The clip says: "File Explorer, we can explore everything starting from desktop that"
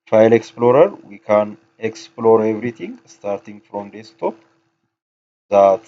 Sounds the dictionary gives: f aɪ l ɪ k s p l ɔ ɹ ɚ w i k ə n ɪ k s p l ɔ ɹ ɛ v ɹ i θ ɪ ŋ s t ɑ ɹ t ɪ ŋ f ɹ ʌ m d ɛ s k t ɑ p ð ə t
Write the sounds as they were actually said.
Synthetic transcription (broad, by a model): f aɪ l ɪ k s p l ɔ ɹ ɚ w i k ə n ɪ k s p l ɔ ɹ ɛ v ɹ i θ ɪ ŋ s t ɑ ɹ t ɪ ŋ f ɹ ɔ m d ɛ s t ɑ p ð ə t